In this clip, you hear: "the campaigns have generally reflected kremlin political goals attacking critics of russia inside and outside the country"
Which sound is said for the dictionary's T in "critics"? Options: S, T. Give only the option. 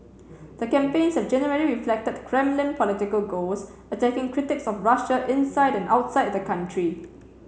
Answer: T